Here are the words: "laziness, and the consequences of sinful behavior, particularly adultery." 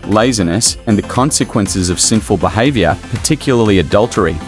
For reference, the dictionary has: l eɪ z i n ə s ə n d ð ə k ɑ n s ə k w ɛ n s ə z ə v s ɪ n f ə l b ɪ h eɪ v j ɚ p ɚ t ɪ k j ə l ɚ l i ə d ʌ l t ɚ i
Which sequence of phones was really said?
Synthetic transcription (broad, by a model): l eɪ z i n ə s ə n ð ə k ɑ n s ə k w ɛ n s ə z ə v s ɪ n f ə l b ɪ h eɪ v j ɚ p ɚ t ɪ k j l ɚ l i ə d ʌ l t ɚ i